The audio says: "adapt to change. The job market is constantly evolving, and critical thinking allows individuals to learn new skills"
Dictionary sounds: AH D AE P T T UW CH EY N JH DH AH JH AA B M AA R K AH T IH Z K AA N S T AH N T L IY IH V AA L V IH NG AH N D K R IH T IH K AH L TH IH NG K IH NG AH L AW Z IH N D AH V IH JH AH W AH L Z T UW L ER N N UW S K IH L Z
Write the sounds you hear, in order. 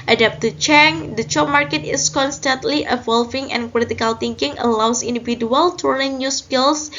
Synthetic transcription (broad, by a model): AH D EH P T T UW CH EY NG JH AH CH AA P M AA R K AH T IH S K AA N S T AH N T L IY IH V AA L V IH NG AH N K R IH T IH K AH L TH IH NG K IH NG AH L AW S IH N D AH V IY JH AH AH L T UW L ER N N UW S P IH L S